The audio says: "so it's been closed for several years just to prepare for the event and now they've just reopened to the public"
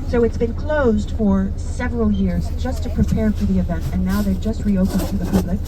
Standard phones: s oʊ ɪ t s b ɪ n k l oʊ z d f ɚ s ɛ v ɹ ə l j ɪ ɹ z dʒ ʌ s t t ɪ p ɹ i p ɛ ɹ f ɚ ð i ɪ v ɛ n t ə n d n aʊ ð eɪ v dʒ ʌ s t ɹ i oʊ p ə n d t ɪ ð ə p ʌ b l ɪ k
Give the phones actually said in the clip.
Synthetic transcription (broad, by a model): s oʊ ɪ t s b ɪ n k l oʊ z d f ɚ s ɛ v ɹ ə l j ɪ ɹ z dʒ ʌ s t t ɪ p ɹ i p ɛ ɹ f ɚ ð i ɪ v ɛ n t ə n n aʊ ð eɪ dʒ ʌ s t ɹ i oʊ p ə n t ɪ ð ə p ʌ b l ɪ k